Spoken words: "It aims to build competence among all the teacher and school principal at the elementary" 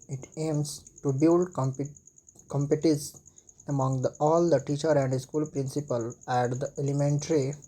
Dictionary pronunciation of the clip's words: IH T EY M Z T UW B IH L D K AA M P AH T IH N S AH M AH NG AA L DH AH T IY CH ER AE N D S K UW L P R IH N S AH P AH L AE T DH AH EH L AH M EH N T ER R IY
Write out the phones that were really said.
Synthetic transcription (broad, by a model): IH T EY M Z T UW B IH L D K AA M P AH T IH S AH M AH NG AA L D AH T IY CH ER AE N D S K UW L P R IH N S AH P AH L AE T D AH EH L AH M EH N T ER R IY